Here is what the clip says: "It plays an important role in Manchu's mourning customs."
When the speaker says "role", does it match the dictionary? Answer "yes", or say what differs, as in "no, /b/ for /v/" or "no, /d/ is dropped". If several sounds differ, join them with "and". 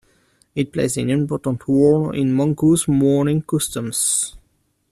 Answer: no, /w/ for /ɹ/